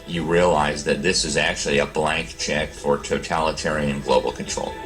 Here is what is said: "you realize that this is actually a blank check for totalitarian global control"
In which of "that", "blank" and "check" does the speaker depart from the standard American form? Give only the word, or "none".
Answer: none